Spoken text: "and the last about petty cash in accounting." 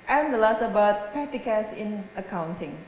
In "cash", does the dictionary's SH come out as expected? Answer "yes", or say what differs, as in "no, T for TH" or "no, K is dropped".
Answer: no, S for SH